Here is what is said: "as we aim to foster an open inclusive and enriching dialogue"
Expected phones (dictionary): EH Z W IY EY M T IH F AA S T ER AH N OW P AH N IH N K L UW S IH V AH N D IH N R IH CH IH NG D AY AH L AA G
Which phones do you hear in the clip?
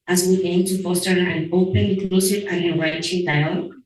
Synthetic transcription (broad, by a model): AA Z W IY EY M T IH F AA S T ER AH N OW AH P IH N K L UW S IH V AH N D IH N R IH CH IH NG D AY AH L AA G